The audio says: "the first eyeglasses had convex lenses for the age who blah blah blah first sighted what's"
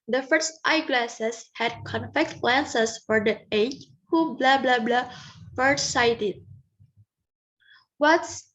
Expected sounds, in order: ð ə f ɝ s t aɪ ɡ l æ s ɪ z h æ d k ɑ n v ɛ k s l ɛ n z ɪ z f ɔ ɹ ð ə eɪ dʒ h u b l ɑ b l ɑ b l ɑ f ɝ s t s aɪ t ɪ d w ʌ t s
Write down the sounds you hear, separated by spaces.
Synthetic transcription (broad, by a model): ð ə f ɝ s t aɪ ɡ l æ s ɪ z h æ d k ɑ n f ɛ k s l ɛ n s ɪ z f ɔ ɹ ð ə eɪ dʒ h u b l ɑ b l ɑ b l ɑ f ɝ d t s aɪ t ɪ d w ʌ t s